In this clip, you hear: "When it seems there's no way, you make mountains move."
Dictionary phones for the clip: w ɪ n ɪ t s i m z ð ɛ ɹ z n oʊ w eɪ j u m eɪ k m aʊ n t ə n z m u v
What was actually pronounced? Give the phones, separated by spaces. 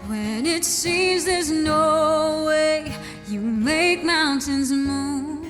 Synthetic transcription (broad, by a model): w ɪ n ɪ t s i m z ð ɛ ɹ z n oʊ w eɪ j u m eɪ k m aʊ n t ə n z m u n